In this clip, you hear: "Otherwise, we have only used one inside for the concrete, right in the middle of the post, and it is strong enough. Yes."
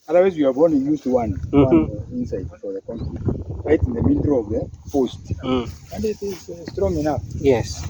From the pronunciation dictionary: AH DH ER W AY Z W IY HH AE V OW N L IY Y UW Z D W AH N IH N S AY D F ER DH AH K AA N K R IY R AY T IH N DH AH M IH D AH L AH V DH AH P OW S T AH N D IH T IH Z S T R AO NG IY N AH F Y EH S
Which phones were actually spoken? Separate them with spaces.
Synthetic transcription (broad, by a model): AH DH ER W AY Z W IY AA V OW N IY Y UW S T W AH N IH N S AY D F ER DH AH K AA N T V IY R AY T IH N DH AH M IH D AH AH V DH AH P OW S T AH N D IH T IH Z S T R AO NG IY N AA F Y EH S